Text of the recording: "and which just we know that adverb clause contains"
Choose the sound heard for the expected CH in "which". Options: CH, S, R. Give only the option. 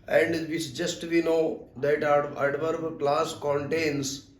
S